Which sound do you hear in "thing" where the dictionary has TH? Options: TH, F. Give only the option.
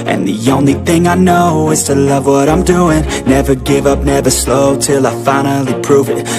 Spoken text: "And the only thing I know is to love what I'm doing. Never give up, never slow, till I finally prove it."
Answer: TH